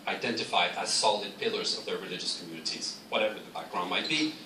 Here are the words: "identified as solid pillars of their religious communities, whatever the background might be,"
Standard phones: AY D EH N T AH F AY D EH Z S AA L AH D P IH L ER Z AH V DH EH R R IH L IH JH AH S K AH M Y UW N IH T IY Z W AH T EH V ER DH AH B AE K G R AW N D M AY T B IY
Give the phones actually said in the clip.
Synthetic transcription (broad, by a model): AY D EH N T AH F AY D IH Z S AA L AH D P IH L ER Z AH V DH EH R R IH L IH JH AH S K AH M Y UW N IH T IY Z W AH T EH V ER DH AH B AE K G R AW N M AY T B IY